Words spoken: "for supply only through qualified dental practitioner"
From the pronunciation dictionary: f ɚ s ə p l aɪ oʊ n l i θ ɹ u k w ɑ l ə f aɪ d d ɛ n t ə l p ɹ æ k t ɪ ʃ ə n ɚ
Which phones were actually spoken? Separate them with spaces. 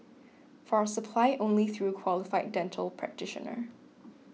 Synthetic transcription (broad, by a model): f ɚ s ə p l aɪ oʊ n l i θ ɹ u k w ɑ l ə f aɪ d d ɛ n t ə l p ɹ æ k t ɪ ʃ ə n ɚ